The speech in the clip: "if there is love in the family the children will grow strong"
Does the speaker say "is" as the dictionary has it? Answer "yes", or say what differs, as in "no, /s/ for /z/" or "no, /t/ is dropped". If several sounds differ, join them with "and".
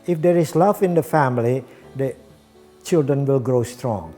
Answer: no, /s/ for /z/